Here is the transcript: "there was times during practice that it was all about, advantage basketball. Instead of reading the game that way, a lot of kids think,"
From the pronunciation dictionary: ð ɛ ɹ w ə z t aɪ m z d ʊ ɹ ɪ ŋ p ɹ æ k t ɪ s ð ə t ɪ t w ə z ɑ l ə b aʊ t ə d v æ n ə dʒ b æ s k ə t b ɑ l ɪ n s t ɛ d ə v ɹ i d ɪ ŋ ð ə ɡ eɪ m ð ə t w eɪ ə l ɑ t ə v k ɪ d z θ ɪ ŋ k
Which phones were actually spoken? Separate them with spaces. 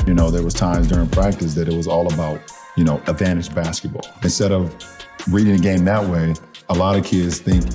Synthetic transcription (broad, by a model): ð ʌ ɹ w ə z t aɪ m z d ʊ ɹ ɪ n p ɹ æ k t ɪ s ð ə t ɪ t w ə z ɑ l ə b aʊ t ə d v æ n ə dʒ b æ s k ə t b ɑ l ɪ n s t ɛ d ə v ɹ i d ɪ ŋ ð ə ɡ eɪ m ð ə t w eɪ ə l ɑ t ə v k ɪ d z θ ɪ ŋ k